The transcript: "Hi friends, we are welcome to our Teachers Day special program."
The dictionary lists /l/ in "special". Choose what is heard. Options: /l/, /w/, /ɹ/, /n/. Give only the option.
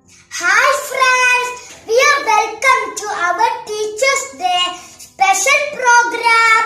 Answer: /n/